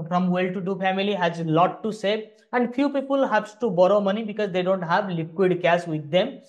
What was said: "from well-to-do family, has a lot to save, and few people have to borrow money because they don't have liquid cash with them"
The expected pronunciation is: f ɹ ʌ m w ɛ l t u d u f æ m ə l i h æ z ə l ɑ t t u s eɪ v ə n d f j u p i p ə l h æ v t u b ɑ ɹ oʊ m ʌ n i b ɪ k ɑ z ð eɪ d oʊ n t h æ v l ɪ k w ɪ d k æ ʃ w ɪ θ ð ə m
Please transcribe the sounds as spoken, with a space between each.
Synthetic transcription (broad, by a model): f ɹ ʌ m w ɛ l t u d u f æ m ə l i h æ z l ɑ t t u s eɪ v ə n d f j u p i p ə l h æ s t u b ɑ ɹ oʊ m ʌ n i b ɪ k ɑ z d eɪ d oʊ n t h æ v l ɪ k w ɪ d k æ s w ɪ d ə m